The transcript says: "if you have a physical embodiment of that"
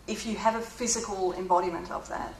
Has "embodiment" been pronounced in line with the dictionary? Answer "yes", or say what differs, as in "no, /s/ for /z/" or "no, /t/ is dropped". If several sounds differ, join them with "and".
yes